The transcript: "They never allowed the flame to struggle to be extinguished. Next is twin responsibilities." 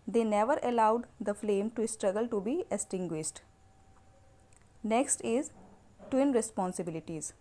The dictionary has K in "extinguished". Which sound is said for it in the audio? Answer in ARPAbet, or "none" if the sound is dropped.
none